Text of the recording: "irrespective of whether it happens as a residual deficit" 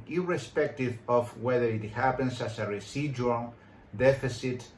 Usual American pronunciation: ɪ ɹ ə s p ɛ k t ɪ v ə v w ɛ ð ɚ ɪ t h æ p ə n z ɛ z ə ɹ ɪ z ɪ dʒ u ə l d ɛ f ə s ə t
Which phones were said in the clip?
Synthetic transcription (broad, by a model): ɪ ɹ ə s p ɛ k t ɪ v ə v w ɛ ð ɚ ɪ t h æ p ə n s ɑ s ə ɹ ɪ s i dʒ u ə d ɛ f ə s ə t